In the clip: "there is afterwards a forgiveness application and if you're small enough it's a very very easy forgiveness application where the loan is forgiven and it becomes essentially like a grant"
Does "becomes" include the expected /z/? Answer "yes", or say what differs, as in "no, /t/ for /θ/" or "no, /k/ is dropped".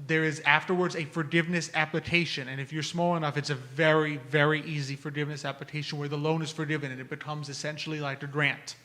yes